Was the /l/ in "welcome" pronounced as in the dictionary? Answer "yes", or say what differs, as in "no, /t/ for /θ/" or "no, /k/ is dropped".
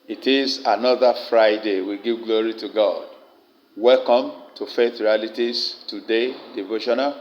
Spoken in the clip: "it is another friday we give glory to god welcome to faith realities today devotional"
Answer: yes